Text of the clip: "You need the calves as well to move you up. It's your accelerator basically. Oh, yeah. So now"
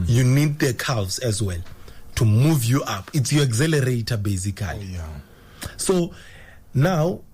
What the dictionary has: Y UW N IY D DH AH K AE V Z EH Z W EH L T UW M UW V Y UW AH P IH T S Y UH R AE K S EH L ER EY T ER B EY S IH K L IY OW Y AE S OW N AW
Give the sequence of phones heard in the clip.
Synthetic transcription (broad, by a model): Y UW N IY D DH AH K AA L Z EH Z W EH L T UW M UW V Y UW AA P IH T S Y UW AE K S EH L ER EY T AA B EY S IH K IY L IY S OW N AW